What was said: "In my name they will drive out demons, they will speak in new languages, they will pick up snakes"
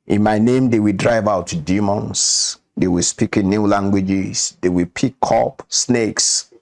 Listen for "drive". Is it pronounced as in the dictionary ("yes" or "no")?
yes